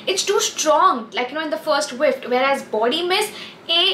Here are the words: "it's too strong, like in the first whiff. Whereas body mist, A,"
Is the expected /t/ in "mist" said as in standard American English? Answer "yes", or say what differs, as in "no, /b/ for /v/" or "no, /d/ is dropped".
no, /t/ is dropped